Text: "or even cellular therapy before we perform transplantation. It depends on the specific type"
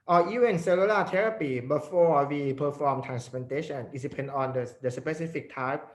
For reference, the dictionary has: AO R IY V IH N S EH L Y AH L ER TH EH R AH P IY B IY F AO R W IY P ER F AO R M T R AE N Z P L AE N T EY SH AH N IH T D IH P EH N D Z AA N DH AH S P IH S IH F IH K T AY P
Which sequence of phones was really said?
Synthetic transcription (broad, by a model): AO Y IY IH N S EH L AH L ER T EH R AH P IY B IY F AO W IY P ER F AO M T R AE N S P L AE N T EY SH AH N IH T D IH P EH N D AA N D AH S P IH S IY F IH K T AY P